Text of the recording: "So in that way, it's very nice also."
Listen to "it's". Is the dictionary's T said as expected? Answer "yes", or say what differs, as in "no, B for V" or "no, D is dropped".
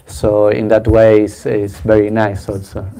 no, S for T